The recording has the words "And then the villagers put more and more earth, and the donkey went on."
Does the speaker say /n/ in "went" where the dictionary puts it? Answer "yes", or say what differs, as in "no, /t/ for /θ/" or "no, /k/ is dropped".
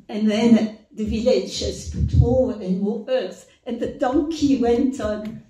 yes